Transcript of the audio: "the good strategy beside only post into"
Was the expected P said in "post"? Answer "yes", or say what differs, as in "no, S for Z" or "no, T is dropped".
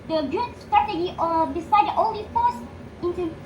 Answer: no, F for P